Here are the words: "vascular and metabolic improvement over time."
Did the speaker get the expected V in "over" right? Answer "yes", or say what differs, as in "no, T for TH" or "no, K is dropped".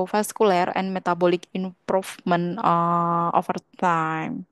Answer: no, F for V